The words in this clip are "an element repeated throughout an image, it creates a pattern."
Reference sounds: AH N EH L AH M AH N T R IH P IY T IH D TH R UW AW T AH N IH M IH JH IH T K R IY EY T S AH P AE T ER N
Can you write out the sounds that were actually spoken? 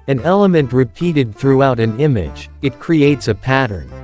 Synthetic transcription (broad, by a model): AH N EH L AH M AH N T R IH P IY T IH D TH R UW AW T AH N IH M IH JH IH T K R IY EY T S AH P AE T ER N